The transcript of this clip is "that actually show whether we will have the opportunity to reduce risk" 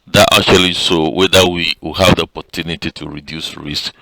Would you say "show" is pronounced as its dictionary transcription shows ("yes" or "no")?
no